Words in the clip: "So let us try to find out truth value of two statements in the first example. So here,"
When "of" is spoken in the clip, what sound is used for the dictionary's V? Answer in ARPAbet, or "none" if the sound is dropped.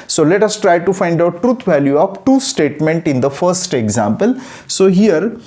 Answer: P